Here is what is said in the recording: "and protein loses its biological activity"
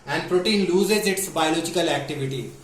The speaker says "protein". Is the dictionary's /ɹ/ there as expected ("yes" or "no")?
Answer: yes